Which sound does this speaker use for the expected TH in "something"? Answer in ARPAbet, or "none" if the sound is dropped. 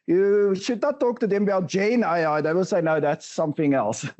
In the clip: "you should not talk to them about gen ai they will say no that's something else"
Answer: TH